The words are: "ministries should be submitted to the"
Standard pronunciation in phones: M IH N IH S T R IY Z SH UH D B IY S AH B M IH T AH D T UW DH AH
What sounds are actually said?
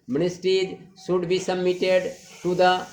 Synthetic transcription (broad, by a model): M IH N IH S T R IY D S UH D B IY S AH M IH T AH D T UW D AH